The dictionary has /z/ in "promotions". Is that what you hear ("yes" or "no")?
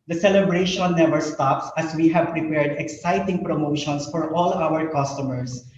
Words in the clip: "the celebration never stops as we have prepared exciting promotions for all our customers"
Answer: no